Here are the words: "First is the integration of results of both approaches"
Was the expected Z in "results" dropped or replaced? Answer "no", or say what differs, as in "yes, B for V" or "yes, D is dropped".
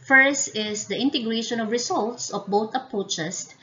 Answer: yes, S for Z